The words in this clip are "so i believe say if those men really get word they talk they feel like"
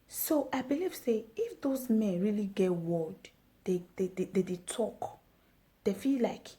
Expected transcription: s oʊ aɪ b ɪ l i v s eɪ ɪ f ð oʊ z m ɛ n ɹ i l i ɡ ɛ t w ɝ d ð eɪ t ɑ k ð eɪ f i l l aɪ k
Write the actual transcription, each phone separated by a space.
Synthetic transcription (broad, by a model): s oʊ aɪ b ɪ l i v s eɪ ɪ f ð oʊ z m ɛ n ɹ i l i ɡ ɛ t w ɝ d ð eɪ t ɑ k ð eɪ f i l l aɪ k